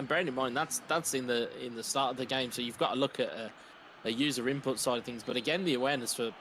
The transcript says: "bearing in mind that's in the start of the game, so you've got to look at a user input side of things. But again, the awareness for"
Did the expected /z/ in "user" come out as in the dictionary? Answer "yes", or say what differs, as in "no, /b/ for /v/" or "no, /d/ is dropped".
yes